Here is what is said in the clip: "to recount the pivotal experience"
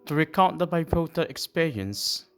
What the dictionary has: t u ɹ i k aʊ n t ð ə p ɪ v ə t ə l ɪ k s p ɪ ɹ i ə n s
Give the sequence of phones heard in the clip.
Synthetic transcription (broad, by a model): t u ɹ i k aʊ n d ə b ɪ p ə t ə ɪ k s p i ɹ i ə n s